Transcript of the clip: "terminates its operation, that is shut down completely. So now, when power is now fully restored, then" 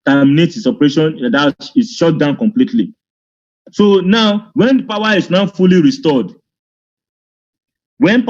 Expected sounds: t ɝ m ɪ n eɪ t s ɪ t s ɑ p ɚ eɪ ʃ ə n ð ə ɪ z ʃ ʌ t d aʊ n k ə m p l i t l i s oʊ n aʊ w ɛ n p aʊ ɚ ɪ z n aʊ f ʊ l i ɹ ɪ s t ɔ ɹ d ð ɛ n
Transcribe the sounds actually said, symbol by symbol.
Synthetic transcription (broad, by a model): t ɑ m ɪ n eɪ t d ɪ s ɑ p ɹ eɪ ʃ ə n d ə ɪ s ʃ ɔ t d aʊ n k ə m p l i t l i s oʊ n aʊ w ɛ n p aʊ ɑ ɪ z n aʊ f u l i ɹ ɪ s t ɔ d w ɛ n